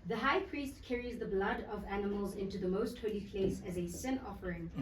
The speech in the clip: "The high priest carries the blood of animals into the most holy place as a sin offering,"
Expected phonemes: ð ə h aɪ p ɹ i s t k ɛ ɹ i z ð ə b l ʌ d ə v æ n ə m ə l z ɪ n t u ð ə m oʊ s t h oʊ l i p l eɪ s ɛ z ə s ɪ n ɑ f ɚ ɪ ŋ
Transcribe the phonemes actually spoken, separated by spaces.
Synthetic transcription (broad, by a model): ð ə h aɪ p ɹ i s t k ɛ ɹ i z ð ə b l ʌ d ə v æ n ə m ə l z ɪ n t u ð ə m oʊ s t h oʊ l i p l eɪ s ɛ z ə s ɪ n ɑ f ɚ ɪ ŋ